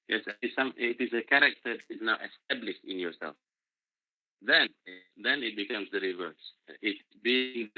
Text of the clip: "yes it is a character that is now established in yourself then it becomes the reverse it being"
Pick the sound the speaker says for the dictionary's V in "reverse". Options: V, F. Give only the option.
V